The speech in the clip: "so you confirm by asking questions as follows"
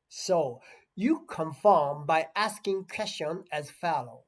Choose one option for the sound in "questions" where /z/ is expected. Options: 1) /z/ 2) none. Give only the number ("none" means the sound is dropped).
2